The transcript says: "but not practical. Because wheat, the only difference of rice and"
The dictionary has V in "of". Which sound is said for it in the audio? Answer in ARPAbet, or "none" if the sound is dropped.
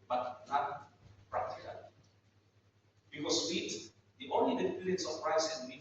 P